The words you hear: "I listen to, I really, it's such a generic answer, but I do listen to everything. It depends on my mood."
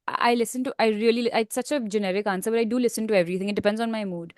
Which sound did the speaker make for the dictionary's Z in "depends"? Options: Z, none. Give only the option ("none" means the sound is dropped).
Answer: Z